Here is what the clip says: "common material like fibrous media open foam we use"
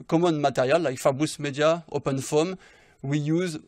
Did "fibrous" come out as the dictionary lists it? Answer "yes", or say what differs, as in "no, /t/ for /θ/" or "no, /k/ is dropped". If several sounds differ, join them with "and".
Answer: no, /ɹ/ is dropped